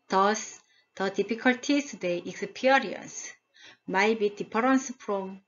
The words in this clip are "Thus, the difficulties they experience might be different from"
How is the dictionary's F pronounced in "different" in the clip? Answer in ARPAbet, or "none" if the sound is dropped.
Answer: P